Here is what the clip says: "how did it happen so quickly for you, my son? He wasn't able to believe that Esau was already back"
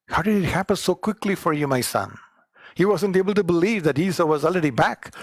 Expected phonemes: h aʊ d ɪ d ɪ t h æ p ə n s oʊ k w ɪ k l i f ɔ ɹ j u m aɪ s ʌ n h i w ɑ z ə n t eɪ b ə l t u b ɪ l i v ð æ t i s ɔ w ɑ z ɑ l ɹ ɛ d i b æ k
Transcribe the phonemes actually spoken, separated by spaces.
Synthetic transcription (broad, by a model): h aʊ d ɪ d ɪ t h æ p ə n s oʊ k w ɪ k l i f ɔ ɹ j u m aɪ s ʌ n h i w ɑ z ə n t eɪ b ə l t u b ɪ l i v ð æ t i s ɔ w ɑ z ɑ l ɹ ɛ d i b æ k